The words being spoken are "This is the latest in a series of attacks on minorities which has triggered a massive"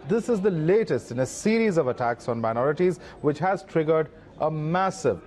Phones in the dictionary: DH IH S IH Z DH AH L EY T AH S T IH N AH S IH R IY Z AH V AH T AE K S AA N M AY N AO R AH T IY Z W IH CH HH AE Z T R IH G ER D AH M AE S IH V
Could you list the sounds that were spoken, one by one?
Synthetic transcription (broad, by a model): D IH S IH Z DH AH L EY T AH S T IH N AH S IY R IY Z AH V AH T AE K S AA N M AY N AO R AH T IY Z W IH CH HH AE Z T R IH G ER D AH M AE S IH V